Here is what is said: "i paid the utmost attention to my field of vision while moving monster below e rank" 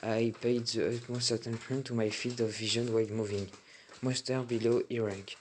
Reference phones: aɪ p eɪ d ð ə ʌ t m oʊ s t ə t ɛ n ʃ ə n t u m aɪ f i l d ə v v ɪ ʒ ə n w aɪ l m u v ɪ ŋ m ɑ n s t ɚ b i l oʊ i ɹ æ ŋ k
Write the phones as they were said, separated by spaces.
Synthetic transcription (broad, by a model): aɪ p eɪ d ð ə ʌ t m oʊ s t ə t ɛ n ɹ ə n t u m aɪ f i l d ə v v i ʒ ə n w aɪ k m u v ɪ ŋ m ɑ s t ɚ b i l oʊ i ɹ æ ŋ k